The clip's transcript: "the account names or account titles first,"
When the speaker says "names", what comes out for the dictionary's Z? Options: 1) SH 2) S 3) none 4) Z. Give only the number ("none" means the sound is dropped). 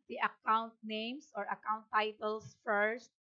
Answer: 2